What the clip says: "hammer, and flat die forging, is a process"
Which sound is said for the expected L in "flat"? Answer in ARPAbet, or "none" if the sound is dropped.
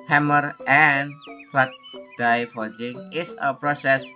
none